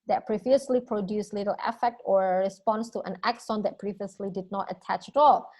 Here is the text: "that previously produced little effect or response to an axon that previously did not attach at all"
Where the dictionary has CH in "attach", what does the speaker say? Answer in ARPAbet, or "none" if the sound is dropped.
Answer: CH